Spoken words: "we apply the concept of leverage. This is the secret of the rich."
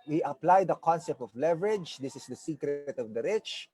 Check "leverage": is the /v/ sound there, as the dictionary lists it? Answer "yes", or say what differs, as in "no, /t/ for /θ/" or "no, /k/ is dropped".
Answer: yes